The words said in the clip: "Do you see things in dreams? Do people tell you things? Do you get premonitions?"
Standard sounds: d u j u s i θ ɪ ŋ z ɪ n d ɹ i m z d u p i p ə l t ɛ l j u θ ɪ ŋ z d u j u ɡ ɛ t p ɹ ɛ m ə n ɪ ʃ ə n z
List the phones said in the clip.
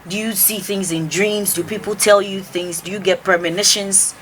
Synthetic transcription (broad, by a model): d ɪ j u s i θ ɪ ŋ z ɪ n d ɹ i m z d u p i p l t ɛ l j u θ ɪ ŋ z d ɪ j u ɡ ɛ t p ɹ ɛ m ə n ɪ ʃ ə n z